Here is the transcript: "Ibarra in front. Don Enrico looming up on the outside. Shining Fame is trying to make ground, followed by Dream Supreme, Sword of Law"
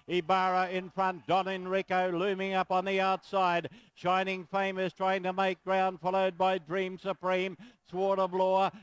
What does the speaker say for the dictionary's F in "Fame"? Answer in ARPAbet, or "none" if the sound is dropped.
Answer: F